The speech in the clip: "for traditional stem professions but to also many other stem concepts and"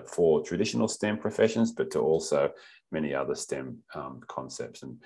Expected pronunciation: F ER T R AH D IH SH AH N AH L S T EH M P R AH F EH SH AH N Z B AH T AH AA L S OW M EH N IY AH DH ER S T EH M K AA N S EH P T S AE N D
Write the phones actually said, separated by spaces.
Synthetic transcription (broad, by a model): F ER T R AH D IH SH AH N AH L S T EH M P R AH F EH SH AH N Z B AH T AH AA L S OW M EH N IY AH DH ER S T EH M K AA N S EH P T S N